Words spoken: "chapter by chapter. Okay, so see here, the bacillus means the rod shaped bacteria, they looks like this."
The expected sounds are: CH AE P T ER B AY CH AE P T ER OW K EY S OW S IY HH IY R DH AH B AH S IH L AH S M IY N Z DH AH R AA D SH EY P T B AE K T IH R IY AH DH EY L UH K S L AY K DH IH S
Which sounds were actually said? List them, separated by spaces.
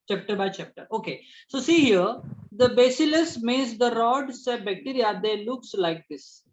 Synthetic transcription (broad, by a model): CH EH P T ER B AY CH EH P T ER OW K EY S OW S IY HH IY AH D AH B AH S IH L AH S M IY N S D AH R AA D S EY B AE K T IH R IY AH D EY L UH K S L AY K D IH S